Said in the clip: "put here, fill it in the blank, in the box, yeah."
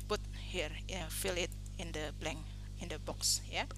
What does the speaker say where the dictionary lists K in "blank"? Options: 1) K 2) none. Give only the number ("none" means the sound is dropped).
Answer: 2